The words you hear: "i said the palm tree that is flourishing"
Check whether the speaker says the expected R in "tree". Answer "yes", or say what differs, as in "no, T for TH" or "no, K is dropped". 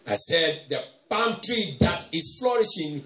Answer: yes